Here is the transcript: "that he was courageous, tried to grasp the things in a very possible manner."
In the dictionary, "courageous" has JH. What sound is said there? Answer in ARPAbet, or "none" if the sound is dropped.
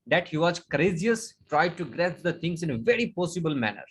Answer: Z